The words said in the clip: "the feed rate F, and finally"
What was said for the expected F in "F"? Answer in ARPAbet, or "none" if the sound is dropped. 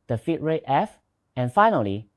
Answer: F